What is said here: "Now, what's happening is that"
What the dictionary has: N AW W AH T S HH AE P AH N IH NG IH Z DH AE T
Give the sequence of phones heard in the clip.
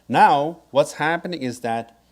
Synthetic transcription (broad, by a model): N AW W AH T S HH AE P AH N IH NG IH Z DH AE T